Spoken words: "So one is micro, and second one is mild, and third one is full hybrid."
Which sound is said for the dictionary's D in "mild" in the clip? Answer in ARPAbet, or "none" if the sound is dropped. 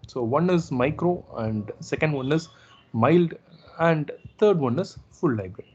D